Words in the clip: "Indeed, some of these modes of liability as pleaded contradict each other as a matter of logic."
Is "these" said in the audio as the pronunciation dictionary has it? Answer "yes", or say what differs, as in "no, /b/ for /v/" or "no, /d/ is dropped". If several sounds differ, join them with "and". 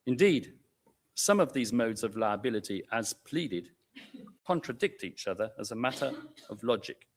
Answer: yes